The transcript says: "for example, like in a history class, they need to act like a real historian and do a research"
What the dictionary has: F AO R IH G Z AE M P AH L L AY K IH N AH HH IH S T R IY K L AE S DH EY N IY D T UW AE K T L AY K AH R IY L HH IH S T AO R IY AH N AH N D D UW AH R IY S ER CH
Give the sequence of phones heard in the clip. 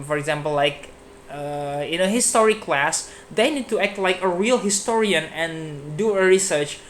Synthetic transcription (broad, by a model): F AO R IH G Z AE M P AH L L AY K IH N AH HH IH S T R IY K L AE S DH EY N IY D T UW AE K T L AY K AH R IY L HH IH S T AO R IY AH N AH N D D UW AH R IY S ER CH